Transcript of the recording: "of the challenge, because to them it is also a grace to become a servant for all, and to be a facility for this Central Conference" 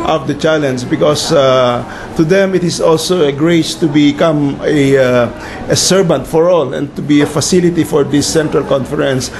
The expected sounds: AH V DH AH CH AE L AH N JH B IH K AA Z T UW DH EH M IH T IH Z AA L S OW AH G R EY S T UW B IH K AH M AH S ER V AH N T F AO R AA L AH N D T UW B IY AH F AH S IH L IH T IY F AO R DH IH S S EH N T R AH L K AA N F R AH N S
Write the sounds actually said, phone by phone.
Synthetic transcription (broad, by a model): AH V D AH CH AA L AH N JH B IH K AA S T UW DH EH M IH T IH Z AA L S OW AH G R EY S T UW B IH K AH M AH S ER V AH N T F AO R AA L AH N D T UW B IY AH F AH S IH L IH T IY F AO R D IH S S EH N T R AH L K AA N F R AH N S